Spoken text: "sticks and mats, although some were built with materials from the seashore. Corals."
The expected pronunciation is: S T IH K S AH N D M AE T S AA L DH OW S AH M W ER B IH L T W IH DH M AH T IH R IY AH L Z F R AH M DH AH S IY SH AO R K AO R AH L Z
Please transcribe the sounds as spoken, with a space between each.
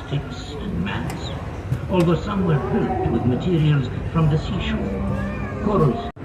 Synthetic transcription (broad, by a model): T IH K S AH N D M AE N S AA L DH OW S AH M W ER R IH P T W IH DH M AH T IH R IY AH L Z F R AH M DH AH S IY SH AO R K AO R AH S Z